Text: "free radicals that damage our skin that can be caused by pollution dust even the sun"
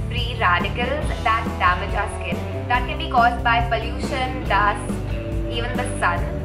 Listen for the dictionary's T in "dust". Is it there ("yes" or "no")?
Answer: no